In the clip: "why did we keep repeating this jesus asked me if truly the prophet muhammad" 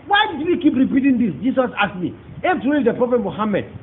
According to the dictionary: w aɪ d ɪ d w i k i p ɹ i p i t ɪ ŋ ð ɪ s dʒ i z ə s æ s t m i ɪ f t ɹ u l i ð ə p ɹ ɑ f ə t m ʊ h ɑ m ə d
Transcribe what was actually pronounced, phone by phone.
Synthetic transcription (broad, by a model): w aɪ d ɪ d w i k i p ɹ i p i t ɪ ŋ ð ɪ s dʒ i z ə s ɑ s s m i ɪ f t u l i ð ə p ɹ ɑ f ə t m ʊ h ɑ m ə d